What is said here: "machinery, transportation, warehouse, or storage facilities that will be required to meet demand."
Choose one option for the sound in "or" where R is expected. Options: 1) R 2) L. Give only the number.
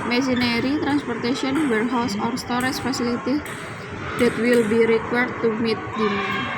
1